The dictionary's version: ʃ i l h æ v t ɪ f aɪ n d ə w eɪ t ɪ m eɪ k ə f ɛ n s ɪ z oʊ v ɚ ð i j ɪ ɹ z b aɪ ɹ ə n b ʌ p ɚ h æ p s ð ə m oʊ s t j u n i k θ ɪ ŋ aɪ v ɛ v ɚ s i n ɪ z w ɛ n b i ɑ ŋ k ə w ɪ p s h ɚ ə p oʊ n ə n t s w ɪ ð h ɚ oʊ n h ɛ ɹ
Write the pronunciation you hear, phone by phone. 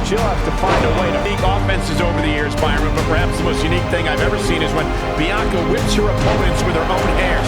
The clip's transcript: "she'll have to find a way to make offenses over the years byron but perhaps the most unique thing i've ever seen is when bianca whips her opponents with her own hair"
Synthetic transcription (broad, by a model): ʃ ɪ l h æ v t ɪ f aɪ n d ə w eɪ t ɪ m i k ə f ɛ n s ɪ z oʊ v ɚ ð i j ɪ ɹ z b aɪ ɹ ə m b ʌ p ɚ h æ p s ð ə m oʊ s t j u n i k θ ɪ ŋ aɪ v ɛ v ɚ s i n ɪ z w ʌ n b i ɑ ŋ k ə w ɪ p s h ɚ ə p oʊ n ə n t s w ɪ ð ɚ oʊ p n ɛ ɹ